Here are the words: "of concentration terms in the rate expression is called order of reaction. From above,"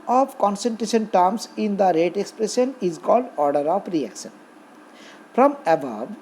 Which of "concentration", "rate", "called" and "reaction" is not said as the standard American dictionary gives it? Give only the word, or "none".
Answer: none